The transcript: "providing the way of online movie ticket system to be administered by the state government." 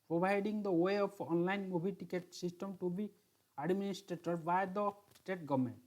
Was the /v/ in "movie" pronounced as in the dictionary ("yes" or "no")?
no